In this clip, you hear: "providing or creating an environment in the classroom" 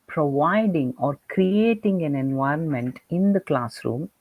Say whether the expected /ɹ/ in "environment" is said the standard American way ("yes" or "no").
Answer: yes